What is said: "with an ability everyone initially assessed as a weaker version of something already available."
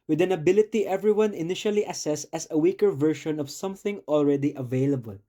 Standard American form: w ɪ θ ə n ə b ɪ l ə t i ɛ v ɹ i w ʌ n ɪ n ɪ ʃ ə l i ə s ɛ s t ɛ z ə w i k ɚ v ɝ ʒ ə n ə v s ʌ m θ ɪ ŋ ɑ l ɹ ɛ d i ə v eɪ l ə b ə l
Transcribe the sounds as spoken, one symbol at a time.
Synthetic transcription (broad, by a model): w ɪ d ə n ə b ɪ l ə t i ɛ v ɹ i w ʌ n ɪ n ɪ ʃ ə l i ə s ɛ s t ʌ s ə w i k ɚ v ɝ ʃ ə n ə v s ʌ m θ ɪ ŋ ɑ l ɹ ɛ d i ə v eɪ l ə b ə l